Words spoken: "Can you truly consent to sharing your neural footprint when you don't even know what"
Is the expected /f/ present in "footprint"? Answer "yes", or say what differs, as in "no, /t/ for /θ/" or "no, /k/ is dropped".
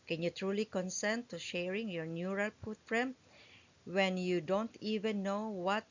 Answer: no, /p/ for /f/